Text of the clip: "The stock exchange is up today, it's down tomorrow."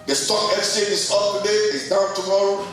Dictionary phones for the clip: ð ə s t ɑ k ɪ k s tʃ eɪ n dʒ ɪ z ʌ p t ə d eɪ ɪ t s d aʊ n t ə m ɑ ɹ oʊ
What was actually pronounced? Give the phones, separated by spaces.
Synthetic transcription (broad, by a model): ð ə s t ɑ k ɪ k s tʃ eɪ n ɪ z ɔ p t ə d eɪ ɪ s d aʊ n t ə m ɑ ɹ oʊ